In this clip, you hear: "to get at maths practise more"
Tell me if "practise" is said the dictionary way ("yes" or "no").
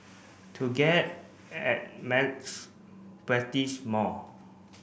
no